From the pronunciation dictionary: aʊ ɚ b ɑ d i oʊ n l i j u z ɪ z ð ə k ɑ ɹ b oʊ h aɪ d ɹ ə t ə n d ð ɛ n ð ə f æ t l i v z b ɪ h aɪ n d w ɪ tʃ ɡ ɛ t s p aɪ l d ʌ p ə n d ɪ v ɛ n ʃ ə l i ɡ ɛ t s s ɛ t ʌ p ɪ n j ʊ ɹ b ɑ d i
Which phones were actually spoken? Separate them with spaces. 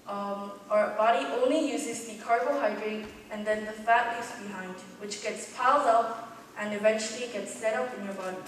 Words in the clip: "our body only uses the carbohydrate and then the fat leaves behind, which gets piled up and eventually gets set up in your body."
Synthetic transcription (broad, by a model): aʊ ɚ b ɑ d i oʊ n l i j u z ɪ z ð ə k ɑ ɹ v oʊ h aɪ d ɹ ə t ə n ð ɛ n ð ə f æ t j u z b ɪ h aɪ n d w ɪ tʃ ɡ ɛ t s p aɪ l d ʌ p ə n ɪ v ɛ n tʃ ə l i ɡ ɛ t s s ɛ t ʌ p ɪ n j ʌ ɹ b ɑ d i